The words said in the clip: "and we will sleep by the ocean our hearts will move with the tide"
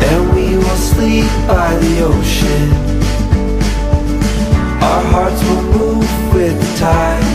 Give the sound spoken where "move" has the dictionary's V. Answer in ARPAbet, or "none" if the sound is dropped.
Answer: V